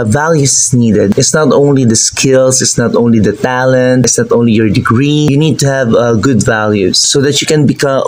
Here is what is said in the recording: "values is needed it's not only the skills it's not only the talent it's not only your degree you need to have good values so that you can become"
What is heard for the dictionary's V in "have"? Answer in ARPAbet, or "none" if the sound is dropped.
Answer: V